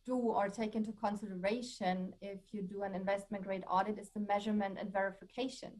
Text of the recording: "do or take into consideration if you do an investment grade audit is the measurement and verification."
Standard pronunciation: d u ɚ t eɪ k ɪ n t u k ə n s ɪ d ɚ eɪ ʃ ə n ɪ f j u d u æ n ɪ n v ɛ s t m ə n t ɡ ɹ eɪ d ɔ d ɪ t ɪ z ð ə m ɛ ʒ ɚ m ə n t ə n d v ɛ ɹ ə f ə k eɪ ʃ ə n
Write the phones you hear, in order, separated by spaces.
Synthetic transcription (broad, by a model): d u ɚ t eɪ k ɪ n t u k ə n s ɪ d ɚ eɪ ʃ ə n ɪ f j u d u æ n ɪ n v ɛ s t m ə n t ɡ ɹ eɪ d ɔ d ɪ t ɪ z ð ə m ɛ ʒ ɚ m ə n t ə n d v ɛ ɹ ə f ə k eɪ ʃ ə n